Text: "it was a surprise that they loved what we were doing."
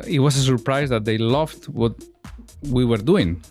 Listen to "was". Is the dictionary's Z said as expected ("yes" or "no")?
no